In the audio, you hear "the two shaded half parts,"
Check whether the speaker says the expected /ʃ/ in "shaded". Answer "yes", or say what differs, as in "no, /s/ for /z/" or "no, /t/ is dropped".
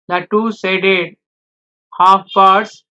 no, /s/ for /ʃ/